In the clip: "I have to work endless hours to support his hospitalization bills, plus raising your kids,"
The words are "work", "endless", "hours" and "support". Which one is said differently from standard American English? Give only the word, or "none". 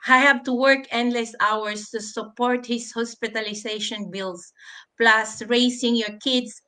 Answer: hours